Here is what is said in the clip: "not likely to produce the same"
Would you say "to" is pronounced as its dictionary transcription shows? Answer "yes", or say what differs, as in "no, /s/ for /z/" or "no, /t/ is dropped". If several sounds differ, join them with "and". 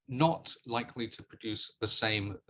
yes